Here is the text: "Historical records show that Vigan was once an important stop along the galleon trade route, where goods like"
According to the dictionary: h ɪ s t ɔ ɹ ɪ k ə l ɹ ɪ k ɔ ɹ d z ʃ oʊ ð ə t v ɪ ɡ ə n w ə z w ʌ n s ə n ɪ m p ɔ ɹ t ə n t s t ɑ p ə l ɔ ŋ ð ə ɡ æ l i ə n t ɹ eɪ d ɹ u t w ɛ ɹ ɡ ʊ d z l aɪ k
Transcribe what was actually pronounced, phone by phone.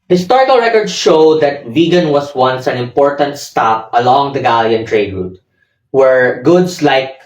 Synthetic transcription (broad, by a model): h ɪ s t ɔ ɹ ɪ k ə l ɹ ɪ k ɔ ɹ d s ʃ oʊ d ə t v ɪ ɡ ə n w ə s w ʌ n s ə n ɪ m p ɔ ɹ t ə n t s t ɑ p ə l ɔ ŋ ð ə ɡ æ l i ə n t ɹ eɪ d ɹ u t w ɛ ɹ ɡ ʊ d s l aɪ k